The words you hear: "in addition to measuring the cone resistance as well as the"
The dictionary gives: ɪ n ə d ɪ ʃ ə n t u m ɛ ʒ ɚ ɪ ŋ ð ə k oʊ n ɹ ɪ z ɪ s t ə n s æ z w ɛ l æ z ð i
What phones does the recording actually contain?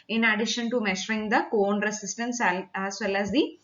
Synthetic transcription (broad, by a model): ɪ n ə d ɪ ʃ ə n t u m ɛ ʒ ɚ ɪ ŋ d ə k oʊ n ɹ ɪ s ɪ s t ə n s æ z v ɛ l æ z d i